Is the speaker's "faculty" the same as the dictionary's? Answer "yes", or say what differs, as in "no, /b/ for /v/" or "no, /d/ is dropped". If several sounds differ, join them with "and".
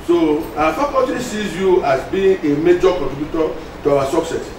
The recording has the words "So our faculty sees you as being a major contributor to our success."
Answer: no, /l/ is dropped